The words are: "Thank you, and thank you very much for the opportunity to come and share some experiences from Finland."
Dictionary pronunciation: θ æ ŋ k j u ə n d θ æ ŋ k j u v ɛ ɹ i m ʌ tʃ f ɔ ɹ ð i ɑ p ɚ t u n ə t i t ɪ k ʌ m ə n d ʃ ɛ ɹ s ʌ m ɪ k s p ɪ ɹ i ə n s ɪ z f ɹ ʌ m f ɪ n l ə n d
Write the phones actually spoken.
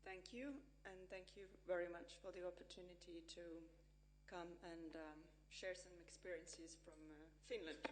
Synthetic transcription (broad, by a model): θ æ ŋ k j u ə n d θ æ ŋ k j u v ɛ ɹ i m ʌ tʃ f ɔ ɹ ð i ɑ p ɚ t u n ə t i t ɪ k ʌ m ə n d ʃ ɛ ɹ s ʌ m ɪ k s p ɪ ɹ i ə n s ɪ z f ɹ ʌ m f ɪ n l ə n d